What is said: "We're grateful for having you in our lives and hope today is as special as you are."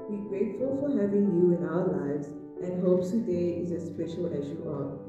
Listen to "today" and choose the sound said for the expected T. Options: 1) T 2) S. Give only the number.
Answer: 2